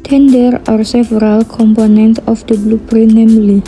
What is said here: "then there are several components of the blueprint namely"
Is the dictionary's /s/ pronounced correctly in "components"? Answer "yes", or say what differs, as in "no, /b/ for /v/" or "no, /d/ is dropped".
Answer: no, /s/ is dropped